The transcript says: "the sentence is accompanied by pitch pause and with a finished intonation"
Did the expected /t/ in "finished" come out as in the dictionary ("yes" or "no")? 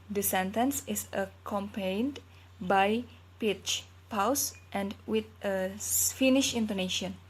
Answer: no